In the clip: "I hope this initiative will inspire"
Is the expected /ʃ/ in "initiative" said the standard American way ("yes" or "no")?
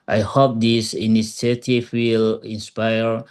no